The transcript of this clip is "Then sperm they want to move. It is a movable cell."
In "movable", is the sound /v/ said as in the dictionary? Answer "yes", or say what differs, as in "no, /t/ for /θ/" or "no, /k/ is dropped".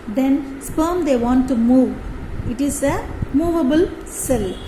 yes